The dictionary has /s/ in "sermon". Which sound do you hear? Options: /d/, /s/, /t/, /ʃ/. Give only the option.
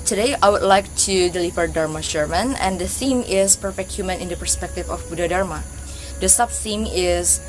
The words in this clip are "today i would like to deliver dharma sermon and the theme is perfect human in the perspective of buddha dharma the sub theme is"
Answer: /ʃ/